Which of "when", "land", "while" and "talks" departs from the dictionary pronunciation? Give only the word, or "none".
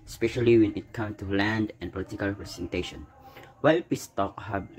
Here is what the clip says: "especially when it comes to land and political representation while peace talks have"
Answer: talks